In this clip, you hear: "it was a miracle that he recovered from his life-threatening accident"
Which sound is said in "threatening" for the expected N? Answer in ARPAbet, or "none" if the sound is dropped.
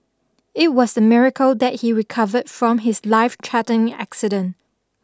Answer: none